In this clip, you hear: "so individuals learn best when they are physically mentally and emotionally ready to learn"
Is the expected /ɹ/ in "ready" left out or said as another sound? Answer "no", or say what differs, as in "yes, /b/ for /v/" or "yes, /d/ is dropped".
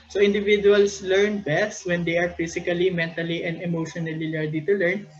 yes, /l/ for /ɹ/